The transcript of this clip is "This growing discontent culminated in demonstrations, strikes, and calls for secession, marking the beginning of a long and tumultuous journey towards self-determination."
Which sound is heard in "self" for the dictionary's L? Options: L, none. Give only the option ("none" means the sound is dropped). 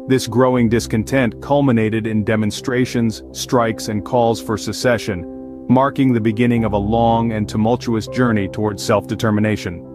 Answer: L